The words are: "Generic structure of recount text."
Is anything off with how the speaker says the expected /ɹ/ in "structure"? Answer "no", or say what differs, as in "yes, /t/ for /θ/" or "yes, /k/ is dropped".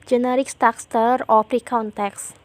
yes, /ɹ/ is dropped